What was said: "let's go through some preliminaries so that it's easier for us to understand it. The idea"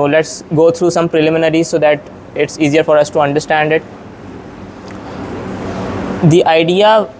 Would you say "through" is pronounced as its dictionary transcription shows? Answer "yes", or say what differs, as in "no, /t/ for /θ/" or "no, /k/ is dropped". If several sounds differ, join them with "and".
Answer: no, /t/ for /θ/